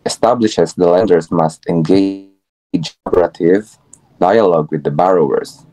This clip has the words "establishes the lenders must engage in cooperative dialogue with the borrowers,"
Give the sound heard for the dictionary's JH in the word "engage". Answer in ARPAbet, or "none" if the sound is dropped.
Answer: none